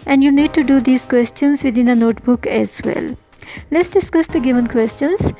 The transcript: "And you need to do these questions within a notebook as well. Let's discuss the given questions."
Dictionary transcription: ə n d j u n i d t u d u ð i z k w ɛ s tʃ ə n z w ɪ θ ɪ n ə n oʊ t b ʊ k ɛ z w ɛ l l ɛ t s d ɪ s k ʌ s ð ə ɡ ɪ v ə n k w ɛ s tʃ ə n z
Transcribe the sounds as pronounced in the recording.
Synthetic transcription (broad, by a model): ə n d j u n i d t u d u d i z k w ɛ s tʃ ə n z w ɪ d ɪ n ə n oʊ t b ʊ k ɛ z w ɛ l l ɛ t s d ɪ s k ʌ s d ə ɡ ɪ v ə n k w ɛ s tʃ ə n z